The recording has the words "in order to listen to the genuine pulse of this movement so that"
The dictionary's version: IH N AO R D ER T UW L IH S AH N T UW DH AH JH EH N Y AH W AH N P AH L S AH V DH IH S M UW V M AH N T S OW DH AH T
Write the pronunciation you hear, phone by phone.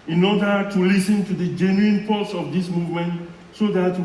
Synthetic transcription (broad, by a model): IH N AO D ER T UW L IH S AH N T UW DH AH JH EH N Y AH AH N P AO S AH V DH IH S M UW V M AH N T S OW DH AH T